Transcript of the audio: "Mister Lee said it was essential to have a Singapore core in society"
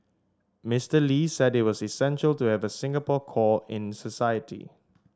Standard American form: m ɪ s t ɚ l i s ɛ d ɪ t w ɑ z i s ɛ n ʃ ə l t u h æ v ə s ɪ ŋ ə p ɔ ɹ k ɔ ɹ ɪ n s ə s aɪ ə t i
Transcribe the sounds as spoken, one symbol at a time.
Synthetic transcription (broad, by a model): m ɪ s t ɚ l i s ɛ d ɪ t w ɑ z i s ɛ n ʃ ə l t u h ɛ v ə s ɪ ŋ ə p ɔ k ɔ ɪ n s ə s aɪ ə t i